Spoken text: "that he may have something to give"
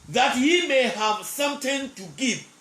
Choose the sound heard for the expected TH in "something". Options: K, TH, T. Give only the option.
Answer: T